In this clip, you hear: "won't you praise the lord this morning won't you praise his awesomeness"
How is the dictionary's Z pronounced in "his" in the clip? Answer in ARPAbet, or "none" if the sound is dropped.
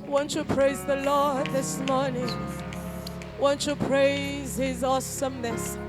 Z